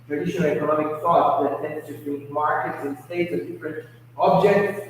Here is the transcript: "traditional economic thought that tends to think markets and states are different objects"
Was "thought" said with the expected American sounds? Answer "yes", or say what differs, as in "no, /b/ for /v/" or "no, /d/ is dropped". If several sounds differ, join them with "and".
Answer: no, /f/ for /θ/